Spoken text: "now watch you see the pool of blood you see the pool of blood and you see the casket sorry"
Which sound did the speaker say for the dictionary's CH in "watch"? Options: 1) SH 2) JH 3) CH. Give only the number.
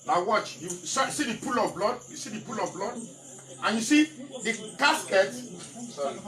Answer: 3